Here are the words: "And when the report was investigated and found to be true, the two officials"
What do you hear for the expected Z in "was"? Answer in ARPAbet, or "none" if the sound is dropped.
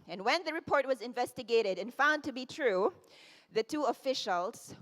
Z